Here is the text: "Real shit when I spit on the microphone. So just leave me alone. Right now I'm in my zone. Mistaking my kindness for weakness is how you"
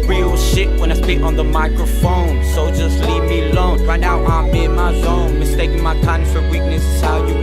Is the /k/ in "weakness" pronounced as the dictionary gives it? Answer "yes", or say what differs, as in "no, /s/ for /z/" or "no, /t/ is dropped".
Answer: yes